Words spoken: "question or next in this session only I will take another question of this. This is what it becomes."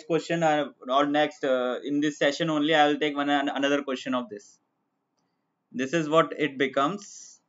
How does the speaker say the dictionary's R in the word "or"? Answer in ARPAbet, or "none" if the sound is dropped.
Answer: L